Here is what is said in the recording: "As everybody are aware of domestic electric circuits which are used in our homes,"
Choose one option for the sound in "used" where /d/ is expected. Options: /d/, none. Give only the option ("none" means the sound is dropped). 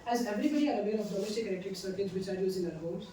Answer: none